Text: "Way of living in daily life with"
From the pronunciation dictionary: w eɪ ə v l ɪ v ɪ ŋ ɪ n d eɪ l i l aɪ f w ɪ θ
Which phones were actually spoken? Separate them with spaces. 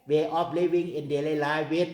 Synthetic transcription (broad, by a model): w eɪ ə p l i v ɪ ŋ ɪ n d eɪ l i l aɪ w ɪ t